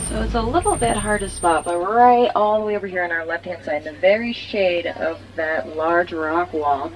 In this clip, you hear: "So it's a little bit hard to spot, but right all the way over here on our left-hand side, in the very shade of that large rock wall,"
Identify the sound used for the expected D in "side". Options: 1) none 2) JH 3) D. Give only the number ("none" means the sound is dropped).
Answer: 1